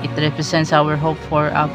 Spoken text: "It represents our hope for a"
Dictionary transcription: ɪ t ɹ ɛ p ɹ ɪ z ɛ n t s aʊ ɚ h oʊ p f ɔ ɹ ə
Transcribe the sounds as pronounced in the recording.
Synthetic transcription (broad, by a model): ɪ t ɹ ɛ p ɹ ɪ s ɛ n t s aʊ ɚ h oʊ p f ɔ ɹ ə